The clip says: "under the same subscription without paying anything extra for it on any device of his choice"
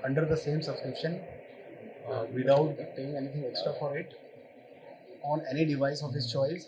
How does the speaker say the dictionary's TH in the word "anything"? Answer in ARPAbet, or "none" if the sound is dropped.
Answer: T